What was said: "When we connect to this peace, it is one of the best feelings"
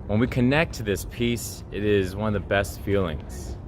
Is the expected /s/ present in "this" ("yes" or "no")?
yes